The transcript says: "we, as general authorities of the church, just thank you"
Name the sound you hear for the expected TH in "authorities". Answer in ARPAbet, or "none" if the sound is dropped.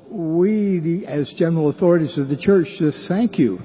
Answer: TH